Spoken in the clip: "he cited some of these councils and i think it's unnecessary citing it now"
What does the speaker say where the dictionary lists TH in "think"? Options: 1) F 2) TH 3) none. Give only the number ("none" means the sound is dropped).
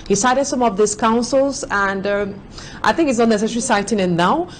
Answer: 2